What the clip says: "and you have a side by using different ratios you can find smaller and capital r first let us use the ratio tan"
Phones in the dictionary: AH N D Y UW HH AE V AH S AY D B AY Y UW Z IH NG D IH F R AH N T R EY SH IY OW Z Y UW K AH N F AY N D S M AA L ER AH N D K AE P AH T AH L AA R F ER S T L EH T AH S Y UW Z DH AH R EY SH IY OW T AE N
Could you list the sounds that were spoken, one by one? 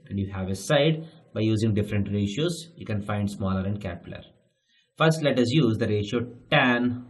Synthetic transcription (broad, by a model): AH N D Y UW HH AE V AH S AY D B AY Y UW Z IH NG D IH F R AH N T R EY SH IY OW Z Y UW K AH N F AY N D S M AA L ER AH N D K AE P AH T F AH R S T L EH T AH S Y UW Z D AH R EY SH IY OW T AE N